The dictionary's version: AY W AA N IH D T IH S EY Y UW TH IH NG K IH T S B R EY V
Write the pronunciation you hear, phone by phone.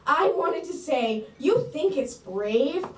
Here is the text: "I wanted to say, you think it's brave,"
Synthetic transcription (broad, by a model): AY W AA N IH D T IH S EY Y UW TH IH NG K IH T S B R EY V